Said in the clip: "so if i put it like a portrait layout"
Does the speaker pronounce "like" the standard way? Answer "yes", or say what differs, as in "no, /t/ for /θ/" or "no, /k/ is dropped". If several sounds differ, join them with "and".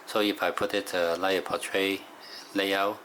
no, /k/ is dropped